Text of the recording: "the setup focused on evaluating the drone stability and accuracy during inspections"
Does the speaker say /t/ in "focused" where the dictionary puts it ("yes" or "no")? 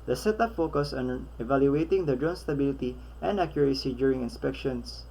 no